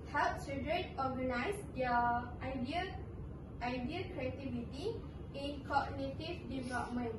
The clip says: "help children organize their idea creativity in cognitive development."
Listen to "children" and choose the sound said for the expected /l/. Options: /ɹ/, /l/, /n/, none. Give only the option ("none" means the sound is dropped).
none